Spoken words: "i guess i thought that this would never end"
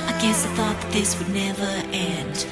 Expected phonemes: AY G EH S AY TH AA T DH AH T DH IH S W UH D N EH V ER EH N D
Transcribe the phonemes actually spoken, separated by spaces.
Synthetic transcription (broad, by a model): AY G EH S AY TH AA T DH AH T DH IH S W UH D N EH V ER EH N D